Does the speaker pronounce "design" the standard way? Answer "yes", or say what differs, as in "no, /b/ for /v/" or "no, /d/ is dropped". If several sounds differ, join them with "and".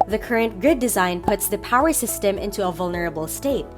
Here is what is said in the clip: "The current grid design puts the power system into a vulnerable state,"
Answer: yes